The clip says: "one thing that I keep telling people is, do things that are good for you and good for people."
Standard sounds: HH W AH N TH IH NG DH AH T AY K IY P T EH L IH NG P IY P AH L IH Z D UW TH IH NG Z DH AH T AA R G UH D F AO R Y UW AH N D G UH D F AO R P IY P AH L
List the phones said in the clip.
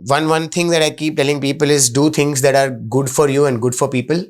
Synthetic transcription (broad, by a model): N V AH N T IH NG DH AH T AY K IY P T EH L IH NG P IY P AH L IH Z D UW T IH NG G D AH T AA R G UH D F AO R Y UW AH N D G UH D F AO R P IY P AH L